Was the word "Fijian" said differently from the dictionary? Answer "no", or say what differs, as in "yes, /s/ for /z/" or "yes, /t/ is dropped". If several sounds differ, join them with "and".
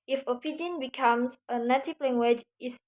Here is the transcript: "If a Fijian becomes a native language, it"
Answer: yes, /p/ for /f/